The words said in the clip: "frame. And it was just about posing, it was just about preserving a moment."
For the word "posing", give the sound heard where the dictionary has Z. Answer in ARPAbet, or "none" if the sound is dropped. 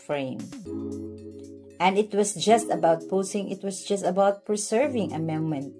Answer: S